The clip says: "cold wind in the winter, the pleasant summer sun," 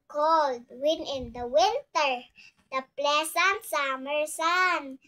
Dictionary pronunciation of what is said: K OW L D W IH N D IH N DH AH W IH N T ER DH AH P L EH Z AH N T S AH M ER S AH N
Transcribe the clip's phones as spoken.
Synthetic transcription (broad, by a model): K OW L D W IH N IH N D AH W IH N T ER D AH P L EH S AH N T S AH M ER S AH N